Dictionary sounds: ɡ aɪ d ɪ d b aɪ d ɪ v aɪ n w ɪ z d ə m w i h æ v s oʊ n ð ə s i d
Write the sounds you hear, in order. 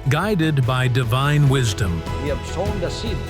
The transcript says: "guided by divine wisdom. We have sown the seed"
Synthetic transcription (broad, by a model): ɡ aɪ d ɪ d b aɪ d ɪ v aɪ n w ɪ z d ə m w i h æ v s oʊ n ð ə s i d